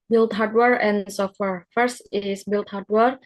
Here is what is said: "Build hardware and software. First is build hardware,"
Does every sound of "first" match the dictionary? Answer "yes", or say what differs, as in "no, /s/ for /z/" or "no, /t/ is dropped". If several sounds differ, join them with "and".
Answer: yes